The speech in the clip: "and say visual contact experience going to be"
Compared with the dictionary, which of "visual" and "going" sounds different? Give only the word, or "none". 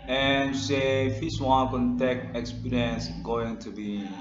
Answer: visual